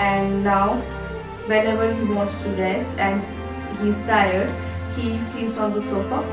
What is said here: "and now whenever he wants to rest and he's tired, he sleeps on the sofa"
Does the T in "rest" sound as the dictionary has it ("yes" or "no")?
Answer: no